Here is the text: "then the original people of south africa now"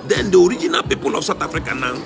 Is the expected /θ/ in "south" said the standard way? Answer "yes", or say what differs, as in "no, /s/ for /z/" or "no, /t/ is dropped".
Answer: no, /t/ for /θ/